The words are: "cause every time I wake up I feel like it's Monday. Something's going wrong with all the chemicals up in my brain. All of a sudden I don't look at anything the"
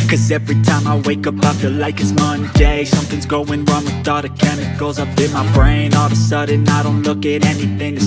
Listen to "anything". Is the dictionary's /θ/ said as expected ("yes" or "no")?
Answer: yes